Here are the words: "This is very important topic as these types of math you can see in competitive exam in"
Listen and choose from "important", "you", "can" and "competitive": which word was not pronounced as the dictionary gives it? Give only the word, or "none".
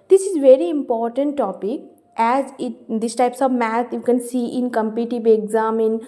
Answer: competitive